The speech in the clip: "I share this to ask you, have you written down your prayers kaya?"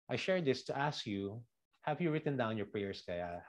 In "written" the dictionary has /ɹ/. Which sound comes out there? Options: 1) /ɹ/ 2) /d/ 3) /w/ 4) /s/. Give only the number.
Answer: 1